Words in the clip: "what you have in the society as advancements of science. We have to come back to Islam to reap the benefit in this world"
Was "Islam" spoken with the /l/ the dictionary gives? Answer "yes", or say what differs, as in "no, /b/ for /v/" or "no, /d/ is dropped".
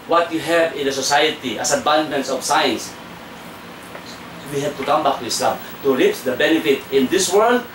yes